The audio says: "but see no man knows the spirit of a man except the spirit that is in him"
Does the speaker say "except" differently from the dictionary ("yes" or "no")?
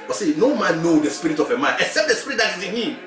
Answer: no